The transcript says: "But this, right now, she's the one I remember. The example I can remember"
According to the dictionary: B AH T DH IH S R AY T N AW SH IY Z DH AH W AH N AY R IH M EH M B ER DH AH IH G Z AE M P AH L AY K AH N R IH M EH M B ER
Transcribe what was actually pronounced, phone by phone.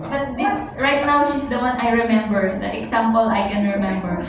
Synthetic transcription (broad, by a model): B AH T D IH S R AY T N AW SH IY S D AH W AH N AY R IH M EH M B ER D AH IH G S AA M P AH L AY K AH N R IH M EH M B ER